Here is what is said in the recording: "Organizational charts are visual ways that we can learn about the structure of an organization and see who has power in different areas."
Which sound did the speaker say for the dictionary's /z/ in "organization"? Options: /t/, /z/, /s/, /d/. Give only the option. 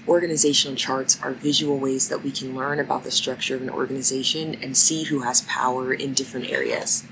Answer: /z/